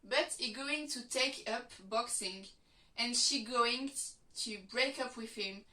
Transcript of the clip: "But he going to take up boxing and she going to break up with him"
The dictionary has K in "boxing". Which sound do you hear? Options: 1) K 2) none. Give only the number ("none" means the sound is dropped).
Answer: 1